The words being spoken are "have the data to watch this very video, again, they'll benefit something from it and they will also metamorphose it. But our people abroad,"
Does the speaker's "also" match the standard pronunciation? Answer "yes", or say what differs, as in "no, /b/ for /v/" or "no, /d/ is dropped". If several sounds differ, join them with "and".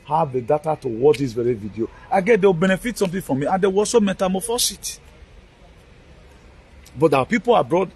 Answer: no, /l/ is dropped